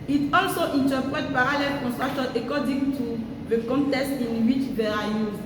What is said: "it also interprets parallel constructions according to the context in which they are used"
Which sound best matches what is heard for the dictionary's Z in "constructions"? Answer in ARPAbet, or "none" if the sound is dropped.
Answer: none